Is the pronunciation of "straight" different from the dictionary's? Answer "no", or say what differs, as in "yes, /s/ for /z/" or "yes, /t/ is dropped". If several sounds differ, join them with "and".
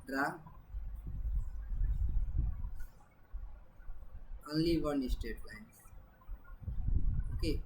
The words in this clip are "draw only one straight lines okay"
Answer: yes, /ɹ/ is dropped